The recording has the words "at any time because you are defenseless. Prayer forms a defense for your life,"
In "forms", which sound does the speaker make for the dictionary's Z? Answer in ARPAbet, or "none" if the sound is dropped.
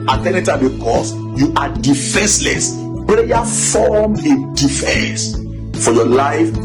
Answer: none